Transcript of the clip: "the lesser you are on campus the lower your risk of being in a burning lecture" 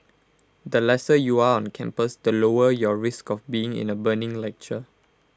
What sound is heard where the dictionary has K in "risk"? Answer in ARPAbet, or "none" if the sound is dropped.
K